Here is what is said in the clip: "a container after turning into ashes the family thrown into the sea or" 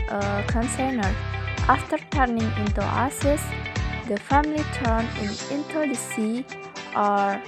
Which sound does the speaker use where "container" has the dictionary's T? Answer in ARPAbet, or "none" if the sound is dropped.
S